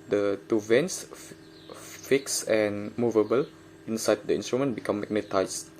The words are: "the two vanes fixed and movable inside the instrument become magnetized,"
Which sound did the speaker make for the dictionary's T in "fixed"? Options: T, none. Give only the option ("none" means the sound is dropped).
none